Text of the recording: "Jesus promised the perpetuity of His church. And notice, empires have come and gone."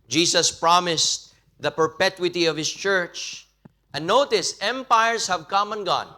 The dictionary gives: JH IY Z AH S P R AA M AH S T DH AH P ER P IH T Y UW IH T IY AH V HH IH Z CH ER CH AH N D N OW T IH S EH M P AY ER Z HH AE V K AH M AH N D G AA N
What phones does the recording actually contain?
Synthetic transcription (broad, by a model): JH IY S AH S P R AA M AH S T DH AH P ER P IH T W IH T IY AH V HH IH S CH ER CH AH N N OW T IH S EH M P AY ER S HH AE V K AH M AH N G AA N